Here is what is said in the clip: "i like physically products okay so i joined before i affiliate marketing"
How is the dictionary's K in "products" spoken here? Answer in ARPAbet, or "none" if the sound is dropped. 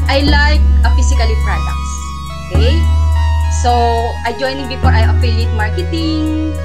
K